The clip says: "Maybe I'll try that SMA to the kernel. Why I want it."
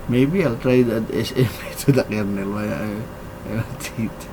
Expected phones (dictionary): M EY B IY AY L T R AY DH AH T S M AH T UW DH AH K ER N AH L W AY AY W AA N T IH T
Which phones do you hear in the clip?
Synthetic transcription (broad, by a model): M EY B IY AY L T R AY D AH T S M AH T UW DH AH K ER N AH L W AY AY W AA T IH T